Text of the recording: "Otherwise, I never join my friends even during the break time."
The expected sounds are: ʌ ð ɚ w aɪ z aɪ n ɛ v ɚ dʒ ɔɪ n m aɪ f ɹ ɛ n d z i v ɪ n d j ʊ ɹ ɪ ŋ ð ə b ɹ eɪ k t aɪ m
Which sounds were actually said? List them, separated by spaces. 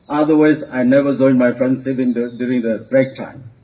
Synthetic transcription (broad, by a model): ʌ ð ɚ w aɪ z aɪ n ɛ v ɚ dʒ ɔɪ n m aɪ f ɹ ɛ n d s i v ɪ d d j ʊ ɹ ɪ ŋ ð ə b ɹ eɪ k t aɪ m